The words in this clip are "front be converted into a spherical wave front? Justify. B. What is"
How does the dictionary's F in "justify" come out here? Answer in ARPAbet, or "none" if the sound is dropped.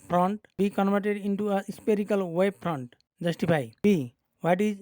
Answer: P